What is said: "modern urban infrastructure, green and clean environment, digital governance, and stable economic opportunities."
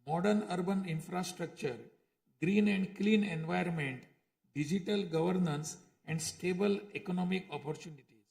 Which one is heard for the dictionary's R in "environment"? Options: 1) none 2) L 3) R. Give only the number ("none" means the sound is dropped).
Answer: 1